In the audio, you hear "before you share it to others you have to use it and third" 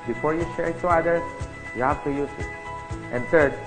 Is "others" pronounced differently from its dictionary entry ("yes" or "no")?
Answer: yes